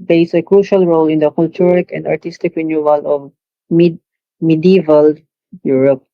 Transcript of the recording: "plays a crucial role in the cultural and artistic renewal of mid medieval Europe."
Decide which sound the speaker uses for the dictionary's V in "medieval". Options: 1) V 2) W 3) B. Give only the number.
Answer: 1